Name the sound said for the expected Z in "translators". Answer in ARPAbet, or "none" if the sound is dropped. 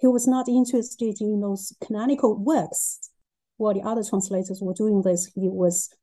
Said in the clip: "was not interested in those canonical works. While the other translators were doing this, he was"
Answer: Z